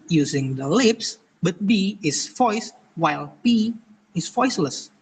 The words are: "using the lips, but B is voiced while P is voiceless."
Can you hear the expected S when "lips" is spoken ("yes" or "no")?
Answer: yes